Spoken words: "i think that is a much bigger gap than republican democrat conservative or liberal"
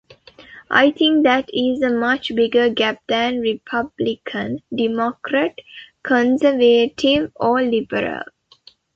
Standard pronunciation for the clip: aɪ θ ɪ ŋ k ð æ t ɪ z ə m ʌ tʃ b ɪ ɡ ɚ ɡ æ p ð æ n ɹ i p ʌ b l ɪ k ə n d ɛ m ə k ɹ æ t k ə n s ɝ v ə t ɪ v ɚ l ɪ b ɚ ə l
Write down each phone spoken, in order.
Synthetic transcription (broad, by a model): aɪ t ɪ ŋ k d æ t ɪ z ə m ʌ tʃ b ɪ ɡ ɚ ɡ æ p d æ n ɹ i p ʌ b l ɪ k ə n d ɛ m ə k ɹ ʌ t k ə n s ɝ v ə t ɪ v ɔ l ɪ b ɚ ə l